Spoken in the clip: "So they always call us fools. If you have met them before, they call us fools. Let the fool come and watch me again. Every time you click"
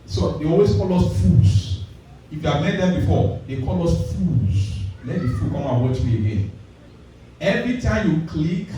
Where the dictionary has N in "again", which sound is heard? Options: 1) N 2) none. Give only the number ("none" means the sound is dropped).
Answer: 1